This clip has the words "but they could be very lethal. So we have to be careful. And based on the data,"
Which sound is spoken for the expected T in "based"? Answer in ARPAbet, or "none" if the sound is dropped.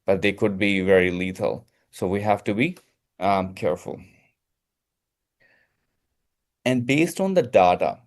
T